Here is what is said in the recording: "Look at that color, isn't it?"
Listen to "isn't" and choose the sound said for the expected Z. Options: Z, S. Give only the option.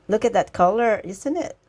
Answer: S